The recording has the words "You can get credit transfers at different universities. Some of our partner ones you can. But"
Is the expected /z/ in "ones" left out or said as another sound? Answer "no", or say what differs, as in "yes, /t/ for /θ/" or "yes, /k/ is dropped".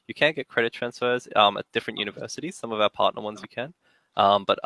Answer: no